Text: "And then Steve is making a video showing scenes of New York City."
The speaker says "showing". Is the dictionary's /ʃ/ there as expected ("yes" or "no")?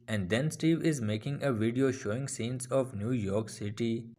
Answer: yes